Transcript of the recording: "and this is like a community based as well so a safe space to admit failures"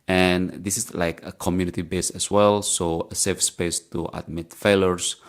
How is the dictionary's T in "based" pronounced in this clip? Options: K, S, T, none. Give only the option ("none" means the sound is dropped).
none